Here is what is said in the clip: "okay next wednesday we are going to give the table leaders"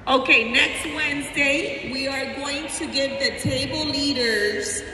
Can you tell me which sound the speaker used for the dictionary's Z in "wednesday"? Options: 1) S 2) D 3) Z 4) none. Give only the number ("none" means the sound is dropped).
3